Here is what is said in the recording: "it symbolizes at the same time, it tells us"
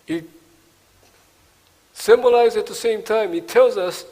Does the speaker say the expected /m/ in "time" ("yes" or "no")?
yes